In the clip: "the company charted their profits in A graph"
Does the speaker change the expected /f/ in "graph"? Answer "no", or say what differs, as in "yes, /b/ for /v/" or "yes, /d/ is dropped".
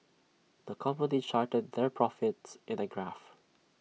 no